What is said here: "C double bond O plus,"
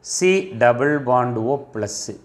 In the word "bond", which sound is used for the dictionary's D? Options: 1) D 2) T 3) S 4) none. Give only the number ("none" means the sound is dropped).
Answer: 1